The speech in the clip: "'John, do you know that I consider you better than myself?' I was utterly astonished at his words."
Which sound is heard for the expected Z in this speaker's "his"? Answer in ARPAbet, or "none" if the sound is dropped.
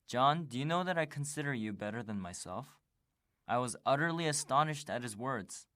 Z